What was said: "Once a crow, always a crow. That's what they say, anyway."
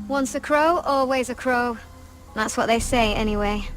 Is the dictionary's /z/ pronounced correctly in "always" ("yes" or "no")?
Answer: yes